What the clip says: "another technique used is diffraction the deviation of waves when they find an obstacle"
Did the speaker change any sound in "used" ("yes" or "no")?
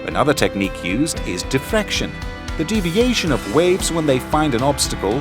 no